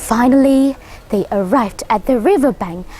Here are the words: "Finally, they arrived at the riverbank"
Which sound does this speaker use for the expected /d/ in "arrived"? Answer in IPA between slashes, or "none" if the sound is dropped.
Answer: /d/